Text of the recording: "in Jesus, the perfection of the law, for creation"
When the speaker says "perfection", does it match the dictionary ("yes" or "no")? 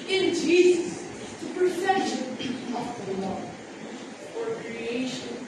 no